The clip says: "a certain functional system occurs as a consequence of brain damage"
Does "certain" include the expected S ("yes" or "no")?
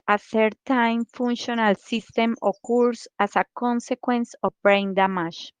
no